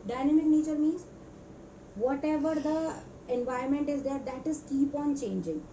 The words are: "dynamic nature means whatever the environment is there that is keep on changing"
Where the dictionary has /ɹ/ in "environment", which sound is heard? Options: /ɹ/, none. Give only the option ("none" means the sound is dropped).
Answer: none